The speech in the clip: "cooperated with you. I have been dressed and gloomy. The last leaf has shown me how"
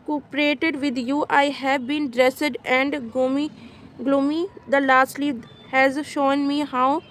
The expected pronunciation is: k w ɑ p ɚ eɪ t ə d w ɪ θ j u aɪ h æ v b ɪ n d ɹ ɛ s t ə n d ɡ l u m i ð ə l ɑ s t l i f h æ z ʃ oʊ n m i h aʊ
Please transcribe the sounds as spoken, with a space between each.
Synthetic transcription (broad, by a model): k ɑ p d eɪ t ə d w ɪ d j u aɪ h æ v b ɪ n d ɹ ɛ s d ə n d ɡ l u m i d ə l ɑ s t l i h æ z ʃ oʊ n m i h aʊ